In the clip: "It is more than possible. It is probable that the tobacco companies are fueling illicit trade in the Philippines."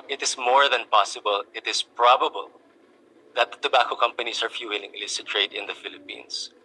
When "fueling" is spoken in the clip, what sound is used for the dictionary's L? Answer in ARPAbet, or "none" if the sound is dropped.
W